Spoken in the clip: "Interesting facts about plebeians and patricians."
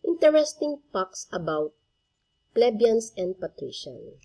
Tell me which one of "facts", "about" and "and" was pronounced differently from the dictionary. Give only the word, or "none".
facts